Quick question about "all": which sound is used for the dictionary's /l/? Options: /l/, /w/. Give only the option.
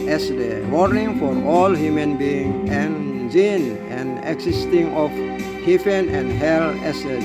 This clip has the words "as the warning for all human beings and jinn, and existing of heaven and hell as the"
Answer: /l/